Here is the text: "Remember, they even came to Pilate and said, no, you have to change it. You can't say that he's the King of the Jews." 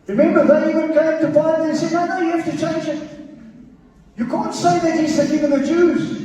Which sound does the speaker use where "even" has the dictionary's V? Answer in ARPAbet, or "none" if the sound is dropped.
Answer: W